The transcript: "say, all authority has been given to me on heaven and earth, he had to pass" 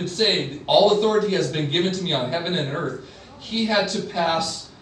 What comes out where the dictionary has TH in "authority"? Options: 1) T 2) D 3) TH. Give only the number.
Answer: 3